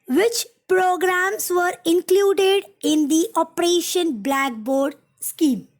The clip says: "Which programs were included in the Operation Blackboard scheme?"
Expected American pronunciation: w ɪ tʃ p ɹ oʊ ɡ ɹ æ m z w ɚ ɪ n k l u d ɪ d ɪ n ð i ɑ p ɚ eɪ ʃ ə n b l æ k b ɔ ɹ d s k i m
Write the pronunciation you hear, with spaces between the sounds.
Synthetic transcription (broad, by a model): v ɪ tʃ p ɹ oʊ ɡ ɹ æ m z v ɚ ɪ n k l u d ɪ d ɪ n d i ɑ p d eɪ ʃ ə n b l æ k b ɔ ɹ d s k i m